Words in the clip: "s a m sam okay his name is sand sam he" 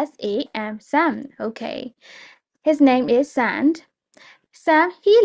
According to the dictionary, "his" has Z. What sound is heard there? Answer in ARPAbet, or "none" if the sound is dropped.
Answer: Z